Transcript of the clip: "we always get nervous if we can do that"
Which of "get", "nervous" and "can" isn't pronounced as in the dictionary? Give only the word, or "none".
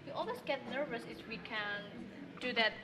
none